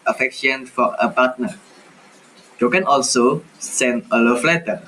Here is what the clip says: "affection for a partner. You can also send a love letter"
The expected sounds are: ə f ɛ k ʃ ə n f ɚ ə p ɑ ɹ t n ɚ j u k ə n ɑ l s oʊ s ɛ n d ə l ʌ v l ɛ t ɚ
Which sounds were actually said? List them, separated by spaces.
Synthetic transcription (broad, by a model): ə f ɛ k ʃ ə n f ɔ ə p ɑ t n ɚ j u k ə n ɑ l s oʊ s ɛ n ə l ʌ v l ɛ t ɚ